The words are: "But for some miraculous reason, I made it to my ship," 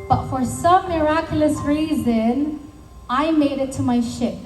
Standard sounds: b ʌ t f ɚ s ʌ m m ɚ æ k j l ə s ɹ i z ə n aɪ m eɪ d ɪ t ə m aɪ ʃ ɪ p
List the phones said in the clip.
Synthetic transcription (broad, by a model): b ʌ t f ɚ s ʌ m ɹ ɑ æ k j l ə s ɹ i z ə n aɪ m eɪ d ɪ t ə m aɪ ʃ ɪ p